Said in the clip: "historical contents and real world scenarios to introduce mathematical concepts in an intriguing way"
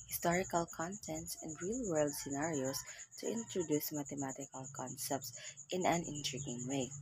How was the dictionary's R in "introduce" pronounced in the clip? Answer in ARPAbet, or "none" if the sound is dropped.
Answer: R